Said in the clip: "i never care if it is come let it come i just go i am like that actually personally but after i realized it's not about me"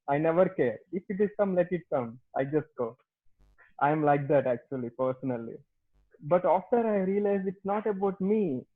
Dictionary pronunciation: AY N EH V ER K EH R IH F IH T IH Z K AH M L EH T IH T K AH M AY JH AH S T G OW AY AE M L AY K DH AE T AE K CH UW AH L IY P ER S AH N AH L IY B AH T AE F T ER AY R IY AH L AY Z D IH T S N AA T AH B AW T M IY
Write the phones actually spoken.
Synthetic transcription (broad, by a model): AY N EH V ER K EH R IH F IH T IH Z K AH M L EH T IH T K AH M AY JH AH S T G OW AY M L AY K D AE T AE K CH UW AH L IY P ER S AH N AH L IY B AH T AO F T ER AY R IY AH L AY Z IH T S N AA T AH B AW T M IY